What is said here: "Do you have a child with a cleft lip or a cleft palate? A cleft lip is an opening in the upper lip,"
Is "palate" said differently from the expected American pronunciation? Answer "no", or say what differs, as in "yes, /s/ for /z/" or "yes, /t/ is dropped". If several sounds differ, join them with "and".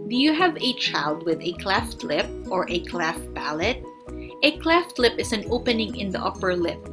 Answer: yes, /b/ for /p/